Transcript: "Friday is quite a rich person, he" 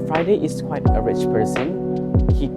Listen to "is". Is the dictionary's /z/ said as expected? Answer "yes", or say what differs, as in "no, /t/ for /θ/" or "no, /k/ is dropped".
no, /s/ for /z/